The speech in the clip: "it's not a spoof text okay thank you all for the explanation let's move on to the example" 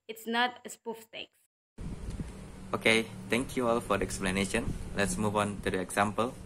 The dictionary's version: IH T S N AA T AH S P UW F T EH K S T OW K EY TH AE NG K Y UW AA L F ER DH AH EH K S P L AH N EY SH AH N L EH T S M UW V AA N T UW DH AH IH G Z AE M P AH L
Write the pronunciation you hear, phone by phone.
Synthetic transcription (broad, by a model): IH T S N AA T AH S P UW F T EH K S OW K EY T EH NG K Y UW AA L F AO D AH EH K S P L AH N EY SH AH N L EH T S M UW V AA N T UW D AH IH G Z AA M P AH L